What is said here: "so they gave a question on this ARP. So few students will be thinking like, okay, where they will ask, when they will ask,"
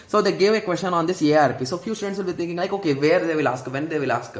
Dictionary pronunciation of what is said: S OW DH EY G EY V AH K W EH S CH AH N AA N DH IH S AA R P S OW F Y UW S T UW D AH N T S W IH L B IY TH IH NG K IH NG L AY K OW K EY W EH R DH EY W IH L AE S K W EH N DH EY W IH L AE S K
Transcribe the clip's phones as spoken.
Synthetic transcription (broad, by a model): S OW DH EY G EY V AH K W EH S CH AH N AA N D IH S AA R P S OW F Y UW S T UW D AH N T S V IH L B IY T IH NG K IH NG L AY K OW K EY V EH R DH EY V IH L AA S K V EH N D EY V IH L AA S K